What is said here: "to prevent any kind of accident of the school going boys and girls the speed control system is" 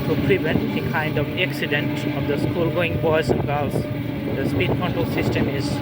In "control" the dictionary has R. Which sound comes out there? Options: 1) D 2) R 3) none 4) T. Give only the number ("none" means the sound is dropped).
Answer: 3